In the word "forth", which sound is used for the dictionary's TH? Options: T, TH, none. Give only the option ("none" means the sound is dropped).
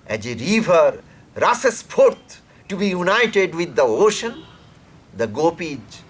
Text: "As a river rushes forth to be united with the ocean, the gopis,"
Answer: T